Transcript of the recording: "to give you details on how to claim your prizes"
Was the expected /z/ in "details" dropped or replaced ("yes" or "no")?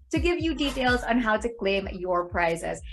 no